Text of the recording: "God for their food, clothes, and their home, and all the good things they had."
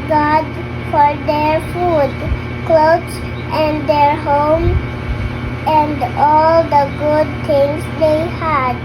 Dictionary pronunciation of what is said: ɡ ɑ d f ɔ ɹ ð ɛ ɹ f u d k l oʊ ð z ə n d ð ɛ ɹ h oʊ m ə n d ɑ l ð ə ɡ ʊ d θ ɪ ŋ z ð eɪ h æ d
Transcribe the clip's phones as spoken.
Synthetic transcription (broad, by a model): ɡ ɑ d f ɔ ɹ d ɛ ɹ f u d k l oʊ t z ə n d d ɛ ɹ h oʊ m ə n d ɑ l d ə ɡ ʊ d t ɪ ŋ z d eɪ h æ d